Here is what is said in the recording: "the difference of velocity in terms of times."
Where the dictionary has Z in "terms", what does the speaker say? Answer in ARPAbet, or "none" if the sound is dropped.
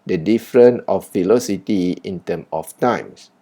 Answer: none